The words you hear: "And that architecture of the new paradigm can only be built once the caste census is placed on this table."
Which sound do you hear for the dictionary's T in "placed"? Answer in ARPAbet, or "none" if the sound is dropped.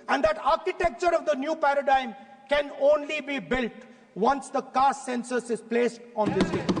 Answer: T